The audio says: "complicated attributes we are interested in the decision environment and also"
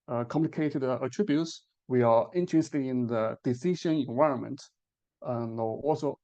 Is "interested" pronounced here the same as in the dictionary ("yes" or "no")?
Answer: no